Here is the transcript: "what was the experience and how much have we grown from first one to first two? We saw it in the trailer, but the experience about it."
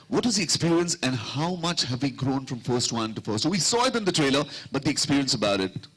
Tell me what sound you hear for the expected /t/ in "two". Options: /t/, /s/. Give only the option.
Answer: /s/